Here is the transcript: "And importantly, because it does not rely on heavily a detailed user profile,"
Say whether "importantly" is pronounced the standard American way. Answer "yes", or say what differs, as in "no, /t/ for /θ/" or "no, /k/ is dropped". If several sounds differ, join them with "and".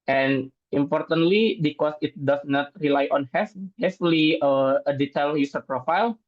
yes